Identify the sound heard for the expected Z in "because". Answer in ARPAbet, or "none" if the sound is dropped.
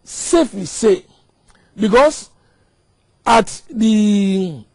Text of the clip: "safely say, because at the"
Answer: S